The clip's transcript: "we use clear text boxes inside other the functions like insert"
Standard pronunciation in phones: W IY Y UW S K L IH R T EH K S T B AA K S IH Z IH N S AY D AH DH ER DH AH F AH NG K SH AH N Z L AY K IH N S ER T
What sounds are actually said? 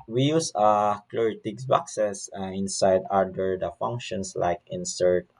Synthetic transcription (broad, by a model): W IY Y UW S K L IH R T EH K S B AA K S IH S IH N S AY D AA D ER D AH F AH NG K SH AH N S L AY K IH N S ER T